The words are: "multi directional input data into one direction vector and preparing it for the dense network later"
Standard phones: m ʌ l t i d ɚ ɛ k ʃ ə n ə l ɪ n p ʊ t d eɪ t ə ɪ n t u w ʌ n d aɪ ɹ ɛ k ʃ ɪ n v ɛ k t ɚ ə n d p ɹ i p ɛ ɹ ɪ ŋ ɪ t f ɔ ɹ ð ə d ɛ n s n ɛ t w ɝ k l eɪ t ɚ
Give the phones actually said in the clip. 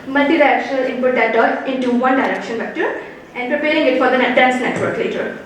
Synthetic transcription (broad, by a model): m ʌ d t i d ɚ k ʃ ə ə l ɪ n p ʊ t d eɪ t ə ɪ n t u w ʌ n d aɪ ɹ ɛ k ʃ ɪ n b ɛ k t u ə n d p ɹ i p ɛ ɹ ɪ ŋ ɪ t f ɔ ɹ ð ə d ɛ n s n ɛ t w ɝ k l eɪ t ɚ